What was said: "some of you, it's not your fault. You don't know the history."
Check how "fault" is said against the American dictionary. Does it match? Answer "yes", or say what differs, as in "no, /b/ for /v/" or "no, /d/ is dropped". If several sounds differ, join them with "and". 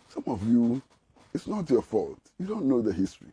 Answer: yes